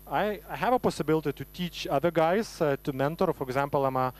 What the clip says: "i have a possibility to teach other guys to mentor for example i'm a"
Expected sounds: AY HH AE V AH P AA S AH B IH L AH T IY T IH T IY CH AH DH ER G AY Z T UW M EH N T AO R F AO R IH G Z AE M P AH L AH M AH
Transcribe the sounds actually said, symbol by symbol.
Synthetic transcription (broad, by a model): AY HH AE V AH P AA S AH B IH L AH T IY T IH T IY CH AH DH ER G AY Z T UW M EH N T AO R F AO R IH G Z AE M P AH L AH M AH